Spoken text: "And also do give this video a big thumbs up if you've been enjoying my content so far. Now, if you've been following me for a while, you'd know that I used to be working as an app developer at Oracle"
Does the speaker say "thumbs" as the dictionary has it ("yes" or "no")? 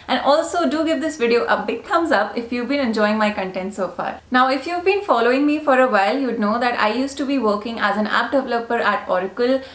no